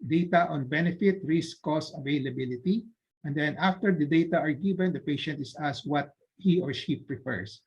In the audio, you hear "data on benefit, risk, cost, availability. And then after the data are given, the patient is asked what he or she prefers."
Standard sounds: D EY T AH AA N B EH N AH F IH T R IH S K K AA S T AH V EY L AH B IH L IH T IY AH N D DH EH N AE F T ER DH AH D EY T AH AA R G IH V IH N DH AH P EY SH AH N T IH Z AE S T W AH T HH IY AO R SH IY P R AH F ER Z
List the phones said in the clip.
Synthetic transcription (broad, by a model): D EY T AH AA N B EH N AH F IH T R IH S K K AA S AH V EY L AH B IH L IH T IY AH N D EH N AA F T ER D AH D EY T AH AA R G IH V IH N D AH P EY SH AH N T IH S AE S W AH T HH IY AO R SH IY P R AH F ER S